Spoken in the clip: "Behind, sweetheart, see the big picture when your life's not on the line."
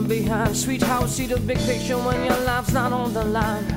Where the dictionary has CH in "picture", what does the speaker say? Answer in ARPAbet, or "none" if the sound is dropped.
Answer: SH